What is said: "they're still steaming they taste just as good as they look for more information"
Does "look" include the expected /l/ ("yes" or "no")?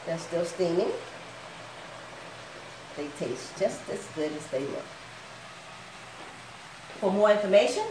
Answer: no